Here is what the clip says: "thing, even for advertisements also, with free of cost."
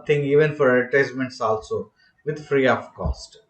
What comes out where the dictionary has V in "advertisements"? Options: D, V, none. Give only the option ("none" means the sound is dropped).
none